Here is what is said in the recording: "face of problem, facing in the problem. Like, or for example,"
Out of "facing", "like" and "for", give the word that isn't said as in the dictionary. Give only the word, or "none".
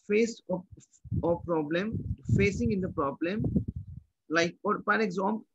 for